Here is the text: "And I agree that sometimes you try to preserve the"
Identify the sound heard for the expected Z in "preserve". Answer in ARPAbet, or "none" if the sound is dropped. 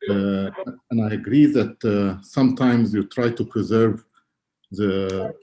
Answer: Z